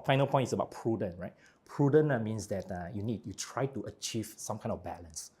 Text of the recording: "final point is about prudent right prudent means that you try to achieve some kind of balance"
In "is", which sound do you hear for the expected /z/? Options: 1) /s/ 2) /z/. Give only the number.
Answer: 1